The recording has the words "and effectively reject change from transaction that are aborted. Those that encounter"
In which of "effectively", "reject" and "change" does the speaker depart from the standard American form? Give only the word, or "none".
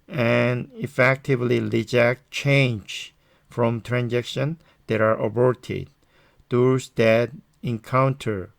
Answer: reject